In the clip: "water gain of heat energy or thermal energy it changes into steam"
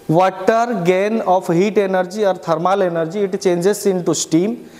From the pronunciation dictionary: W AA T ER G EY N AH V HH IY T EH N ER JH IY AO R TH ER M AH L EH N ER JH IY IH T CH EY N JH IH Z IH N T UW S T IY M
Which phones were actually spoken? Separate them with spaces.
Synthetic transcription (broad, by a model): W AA T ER G EY N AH P HH IY T EH N ER JH IY AO R T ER M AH L EH N ER JH IY T CH EY N JH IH S IH N T UW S T IY M